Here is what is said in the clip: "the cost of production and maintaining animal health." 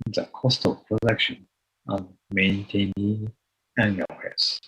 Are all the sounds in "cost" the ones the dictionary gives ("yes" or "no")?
yes